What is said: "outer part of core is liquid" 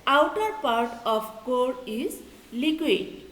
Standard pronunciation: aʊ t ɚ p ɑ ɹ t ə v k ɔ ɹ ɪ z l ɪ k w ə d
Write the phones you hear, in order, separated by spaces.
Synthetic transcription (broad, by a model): aʊ t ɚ p ɑ ɹ t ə p k ɔ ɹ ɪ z l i k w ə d